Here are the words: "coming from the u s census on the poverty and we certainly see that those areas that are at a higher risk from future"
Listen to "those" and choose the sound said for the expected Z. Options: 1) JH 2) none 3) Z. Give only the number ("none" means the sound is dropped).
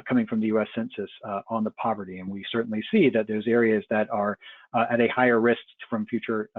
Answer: 3